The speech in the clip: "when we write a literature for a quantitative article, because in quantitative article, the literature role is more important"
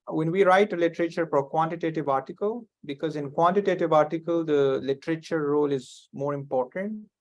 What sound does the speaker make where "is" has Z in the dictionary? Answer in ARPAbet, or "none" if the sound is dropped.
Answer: Z